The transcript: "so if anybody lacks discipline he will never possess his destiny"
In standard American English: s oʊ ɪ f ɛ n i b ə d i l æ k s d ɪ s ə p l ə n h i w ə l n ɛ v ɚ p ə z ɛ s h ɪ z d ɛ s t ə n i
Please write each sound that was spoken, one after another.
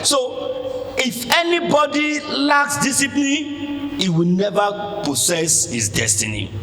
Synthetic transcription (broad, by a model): s oʊ ɪ f ɛ n i b ə d i l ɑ k s d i s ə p l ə n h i w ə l n ɛ v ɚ p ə s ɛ s h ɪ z d ɛ s t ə n i